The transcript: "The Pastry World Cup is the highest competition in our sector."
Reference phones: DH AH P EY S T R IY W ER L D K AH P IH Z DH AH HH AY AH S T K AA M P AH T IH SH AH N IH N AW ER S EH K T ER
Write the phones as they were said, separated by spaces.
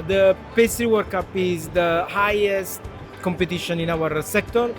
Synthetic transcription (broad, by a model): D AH P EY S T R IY W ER D K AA P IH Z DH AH HH AY AH S T K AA M P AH T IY SH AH N IH N AW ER S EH K T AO